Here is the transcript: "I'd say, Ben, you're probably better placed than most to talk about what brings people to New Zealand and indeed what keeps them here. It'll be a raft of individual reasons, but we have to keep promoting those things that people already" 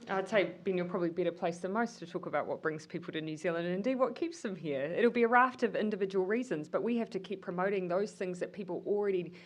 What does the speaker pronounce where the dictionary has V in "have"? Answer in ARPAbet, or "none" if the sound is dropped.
F